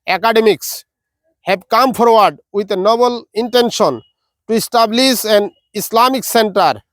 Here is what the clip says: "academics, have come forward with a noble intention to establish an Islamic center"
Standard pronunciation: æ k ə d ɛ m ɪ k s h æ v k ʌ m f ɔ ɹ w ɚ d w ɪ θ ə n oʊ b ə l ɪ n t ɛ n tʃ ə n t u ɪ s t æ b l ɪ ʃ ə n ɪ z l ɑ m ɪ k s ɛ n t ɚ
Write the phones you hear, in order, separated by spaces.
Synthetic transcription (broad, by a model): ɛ k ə d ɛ m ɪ k s h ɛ b k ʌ m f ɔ ɹ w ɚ d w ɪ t ə n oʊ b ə l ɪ n t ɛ n ʃ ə n t u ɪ s t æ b l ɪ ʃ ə n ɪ s l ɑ m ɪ k s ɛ n t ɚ